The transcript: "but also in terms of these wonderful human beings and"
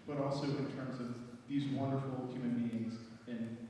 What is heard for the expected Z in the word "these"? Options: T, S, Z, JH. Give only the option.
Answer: Z